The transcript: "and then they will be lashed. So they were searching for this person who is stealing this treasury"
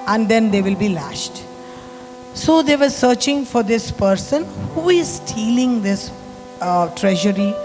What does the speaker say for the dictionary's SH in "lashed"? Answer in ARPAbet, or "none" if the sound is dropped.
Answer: SH